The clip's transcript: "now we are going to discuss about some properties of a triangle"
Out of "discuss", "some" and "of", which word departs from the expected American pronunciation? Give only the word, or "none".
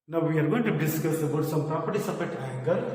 of